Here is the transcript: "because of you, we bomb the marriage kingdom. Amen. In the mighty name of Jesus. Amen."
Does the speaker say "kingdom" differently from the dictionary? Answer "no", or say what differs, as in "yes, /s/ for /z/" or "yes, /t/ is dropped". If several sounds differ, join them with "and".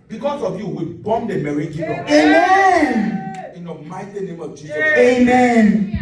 yes, /m/ is dropped